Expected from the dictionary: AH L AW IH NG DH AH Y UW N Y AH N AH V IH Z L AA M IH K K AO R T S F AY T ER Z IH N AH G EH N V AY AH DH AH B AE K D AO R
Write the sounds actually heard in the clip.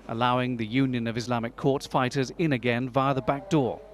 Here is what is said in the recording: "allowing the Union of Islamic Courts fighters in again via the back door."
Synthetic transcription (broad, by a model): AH L AW IH NG DH AH Y UW N Y AH N AH V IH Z L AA M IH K K AO R T S F AY T ER Z IH N AH G EH N V AY AH DH AH B AE K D AO R